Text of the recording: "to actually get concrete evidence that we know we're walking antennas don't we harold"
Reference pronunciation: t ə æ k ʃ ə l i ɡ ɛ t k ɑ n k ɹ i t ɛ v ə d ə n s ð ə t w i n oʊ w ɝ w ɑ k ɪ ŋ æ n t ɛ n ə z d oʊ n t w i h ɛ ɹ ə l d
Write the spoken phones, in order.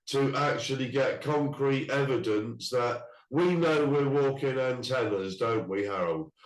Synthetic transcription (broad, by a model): t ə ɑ k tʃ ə l i ɡ ɛ t k ɑ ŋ k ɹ i t ɛ v ə d ə n s ð ə t w i n oʊ w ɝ w ɑ k ɪ ŋ æ n t ɛ n ə z d oʊ n t w i h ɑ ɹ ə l